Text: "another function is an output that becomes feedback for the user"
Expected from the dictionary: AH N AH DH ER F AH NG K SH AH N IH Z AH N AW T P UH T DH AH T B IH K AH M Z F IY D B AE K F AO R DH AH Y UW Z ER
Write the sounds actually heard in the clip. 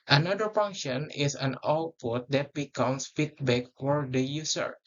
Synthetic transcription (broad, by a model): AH N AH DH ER F AH NG K SH AH N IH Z AH N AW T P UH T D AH T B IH K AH M S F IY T B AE K F AO R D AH Y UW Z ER